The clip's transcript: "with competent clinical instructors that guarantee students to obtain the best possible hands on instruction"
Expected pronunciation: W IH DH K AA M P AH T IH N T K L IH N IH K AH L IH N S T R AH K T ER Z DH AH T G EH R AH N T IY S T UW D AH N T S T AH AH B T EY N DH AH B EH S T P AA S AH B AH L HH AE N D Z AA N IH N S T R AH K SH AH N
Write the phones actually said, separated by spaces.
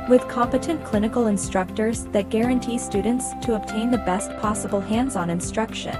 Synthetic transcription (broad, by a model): W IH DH K AA M P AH T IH N K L IH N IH K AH L IH N S T R AH K T ER Z DH AH T G EH R AH N T IY S T UW D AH N T S T AH AH B T EY N DH AH B EH S T P AA S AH B L HH AE N D Z N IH N S T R AH K SH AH N